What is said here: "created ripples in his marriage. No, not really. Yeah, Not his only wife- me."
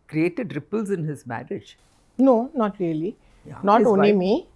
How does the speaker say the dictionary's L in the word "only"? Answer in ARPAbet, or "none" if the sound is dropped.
none